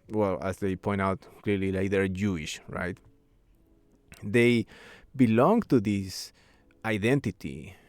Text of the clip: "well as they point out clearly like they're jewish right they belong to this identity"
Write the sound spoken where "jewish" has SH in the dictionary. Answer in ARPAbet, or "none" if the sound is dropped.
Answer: SH